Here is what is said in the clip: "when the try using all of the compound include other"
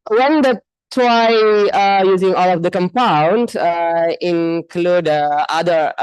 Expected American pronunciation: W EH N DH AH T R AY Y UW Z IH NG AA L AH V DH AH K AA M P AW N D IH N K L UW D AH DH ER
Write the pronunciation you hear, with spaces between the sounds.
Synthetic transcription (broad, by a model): W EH N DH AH T W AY Y UW Z IH NG AA L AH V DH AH K AA M P AW N D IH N K L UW D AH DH ER